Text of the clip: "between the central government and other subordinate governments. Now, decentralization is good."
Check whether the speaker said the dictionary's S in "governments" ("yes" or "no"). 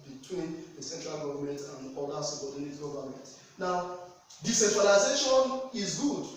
no